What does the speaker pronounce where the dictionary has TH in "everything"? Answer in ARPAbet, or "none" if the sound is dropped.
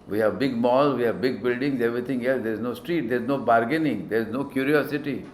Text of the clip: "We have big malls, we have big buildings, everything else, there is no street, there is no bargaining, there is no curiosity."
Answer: T